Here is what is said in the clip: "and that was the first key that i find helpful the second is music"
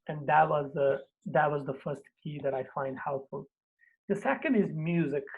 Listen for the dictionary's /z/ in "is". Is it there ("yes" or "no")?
yes